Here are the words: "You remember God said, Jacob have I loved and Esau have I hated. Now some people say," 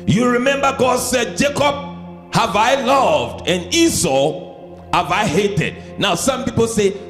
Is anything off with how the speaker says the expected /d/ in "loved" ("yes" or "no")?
no